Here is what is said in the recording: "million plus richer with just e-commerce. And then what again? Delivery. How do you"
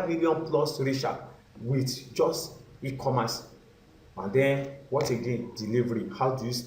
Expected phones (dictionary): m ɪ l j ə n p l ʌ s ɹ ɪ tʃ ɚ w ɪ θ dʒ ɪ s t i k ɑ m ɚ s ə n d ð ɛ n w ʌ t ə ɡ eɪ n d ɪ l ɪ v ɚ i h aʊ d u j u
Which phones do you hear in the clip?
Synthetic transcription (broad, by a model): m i l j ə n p l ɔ s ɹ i ʃ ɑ w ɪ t dʒ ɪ s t i k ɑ m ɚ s ə n d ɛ n w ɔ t ə ɡ eɪ n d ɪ l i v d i h aʊ d u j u